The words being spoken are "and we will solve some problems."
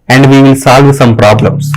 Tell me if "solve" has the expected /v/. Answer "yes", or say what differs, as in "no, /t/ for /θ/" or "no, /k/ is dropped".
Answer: yes